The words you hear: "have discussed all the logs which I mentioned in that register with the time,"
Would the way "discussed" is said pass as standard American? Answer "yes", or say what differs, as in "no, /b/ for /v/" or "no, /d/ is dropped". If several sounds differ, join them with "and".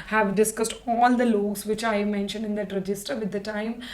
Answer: yes